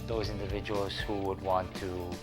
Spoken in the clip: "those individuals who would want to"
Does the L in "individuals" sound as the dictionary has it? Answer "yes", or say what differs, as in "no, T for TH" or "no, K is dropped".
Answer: yes